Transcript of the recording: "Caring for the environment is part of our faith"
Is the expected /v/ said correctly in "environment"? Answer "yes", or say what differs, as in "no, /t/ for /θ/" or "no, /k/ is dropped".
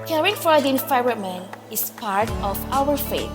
no, /f/ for /v/